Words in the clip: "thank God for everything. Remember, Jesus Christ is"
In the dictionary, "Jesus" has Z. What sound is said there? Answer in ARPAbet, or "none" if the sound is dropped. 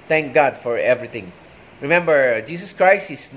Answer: S